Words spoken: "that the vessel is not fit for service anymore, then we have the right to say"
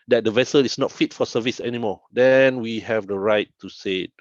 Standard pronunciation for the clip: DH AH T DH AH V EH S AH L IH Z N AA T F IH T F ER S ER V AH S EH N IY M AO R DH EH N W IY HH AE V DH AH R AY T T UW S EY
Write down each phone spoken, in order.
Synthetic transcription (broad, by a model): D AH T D AH V EH S AH L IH S N AA T F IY T F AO S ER V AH S EH N IY M AO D EH N W IY HH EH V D AH R AY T T UW S EY